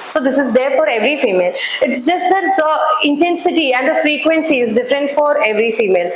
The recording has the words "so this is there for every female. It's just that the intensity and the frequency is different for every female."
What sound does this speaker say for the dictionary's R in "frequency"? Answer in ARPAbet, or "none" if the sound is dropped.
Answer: R